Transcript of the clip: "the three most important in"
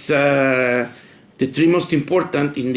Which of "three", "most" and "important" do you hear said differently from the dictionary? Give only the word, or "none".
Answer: three